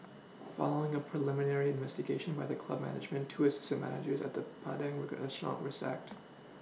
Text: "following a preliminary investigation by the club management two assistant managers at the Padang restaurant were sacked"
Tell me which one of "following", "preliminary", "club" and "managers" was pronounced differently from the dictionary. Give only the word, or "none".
none